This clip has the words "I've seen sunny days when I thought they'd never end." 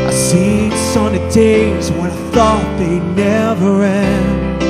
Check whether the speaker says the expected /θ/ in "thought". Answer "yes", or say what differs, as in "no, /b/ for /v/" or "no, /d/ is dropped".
yes